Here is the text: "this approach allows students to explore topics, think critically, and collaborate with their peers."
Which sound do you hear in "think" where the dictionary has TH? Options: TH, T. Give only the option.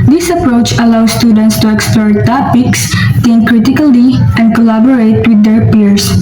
T